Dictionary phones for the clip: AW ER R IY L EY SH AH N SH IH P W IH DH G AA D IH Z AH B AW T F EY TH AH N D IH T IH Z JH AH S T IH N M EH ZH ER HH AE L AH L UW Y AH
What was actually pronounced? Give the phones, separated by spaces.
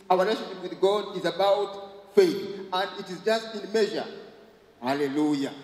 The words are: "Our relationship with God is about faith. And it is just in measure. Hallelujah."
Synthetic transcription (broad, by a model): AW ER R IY L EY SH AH N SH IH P W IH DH G AA D IH Z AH B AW T F EY TH AH N D IH T IH Z JH AH S T IH N M EH ZH ER HH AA L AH L UW Y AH